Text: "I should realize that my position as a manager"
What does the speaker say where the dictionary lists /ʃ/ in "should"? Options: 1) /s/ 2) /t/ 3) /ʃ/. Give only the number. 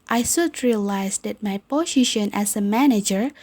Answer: 1